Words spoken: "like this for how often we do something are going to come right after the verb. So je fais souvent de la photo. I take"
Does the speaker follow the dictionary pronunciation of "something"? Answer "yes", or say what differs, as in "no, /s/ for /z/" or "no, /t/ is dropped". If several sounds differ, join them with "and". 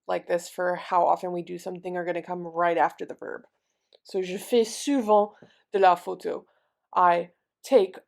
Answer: yes